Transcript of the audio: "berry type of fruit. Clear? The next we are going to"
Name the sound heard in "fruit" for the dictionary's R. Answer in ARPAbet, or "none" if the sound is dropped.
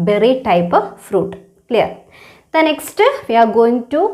R